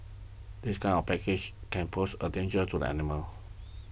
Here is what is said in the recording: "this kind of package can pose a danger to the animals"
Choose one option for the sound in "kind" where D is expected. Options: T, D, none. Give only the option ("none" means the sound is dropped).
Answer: none